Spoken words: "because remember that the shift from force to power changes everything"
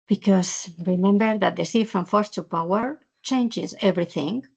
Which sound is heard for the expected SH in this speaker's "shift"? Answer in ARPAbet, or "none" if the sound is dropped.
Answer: S